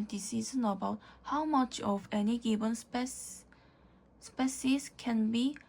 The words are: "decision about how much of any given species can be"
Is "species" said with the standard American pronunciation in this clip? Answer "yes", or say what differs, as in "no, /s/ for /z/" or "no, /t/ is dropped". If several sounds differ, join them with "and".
no, /s/ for /ʃ/